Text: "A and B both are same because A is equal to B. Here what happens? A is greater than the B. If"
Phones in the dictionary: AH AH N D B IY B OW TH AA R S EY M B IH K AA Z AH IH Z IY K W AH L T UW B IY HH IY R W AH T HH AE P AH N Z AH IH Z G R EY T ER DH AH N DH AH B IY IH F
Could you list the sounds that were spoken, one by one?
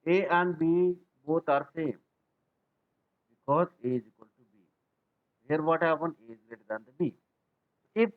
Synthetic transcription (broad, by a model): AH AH N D B IY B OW T AA R S EY M B IH K AA Z IH Z IY K W AH L T UW B IY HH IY R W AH T HH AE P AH N AH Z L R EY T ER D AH N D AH B IY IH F